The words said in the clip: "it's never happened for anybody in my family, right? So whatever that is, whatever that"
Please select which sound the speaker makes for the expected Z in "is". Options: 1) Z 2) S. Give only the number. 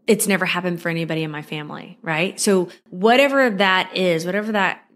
1